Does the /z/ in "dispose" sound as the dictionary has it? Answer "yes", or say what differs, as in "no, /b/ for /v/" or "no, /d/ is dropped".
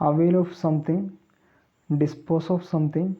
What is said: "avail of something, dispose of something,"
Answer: no, /s/ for /z/